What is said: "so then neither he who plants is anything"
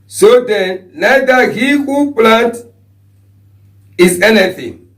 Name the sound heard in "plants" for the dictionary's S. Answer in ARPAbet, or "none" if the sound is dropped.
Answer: none